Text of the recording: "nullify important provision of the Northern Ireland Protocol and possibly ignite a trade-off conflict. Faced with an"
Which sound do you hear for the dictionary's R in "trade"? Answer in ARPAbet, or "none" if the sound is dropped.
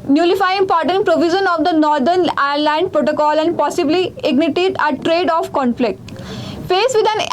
R